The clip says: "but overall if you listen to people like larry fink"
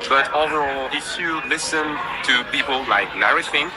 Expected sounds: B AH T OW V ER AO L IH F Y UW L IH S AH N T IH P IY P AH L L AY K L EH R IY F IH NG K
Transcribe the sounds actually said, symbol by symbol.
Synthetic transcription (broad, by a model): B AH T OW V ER AO L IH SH Y UW L IH S AH N T IH P IY P AH L L AY K N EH R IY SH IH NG